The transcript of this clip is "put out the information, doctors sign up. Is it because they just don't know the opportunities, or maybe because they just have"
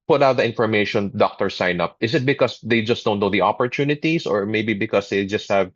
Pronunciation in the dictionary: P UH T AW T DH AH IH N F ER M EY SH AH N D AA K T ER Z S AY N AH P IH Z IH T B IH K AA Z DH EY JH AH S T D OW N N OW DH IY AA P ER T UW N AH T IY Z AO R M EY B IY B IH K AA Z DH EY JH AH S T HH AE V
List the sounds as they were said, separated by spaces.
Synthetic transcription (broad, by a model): P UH T AW T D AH IH N F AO M EY SH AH N D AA K T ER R S AY N AH P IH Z IH T B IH K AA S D EY JH AH S T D OW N N OW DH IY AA P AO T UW N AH T IY S AO R M EY B IY B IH K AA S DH EY JH AH S T HH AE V